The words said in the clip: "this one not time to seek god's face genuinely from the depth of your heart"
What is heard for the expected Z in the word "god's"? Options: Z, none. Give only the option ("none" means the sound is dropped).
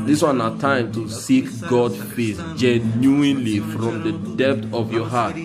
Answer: none